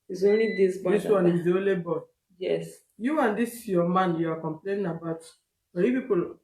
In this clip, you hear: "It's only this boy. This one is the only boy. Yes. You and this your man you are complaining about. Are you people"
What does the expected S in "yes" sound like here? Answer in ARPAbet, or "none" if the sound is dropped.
S